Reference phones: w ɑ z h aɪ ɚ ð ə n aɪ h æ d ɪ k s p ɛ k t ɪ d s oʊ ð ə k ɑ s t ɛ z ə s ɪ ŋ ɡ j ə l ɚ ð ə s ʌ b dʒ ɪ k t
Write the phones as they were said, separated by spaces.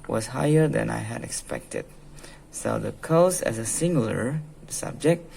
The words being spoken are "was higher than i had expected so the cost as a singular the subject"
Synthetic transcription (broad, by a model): w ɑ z h aɪ ɚ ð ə n aɪ h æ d ɪ k s p ɛ k t ɪ d s oʊ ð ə k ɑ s ɛ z ə s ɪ ŋ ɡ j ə l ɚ s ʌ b dʒ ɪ k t